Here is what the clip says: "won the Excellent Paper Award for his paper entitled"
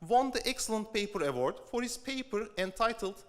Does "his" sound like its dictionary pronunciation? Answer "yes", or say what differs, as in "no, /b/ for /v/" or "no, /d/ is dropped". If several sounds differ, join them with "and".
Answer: no, /s/ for /z/